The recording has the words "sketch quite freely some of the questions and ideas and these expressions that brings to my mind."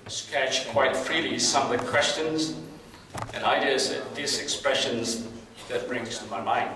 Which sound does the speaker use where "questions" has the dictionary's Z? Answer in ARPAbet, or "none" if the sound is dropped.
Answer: Z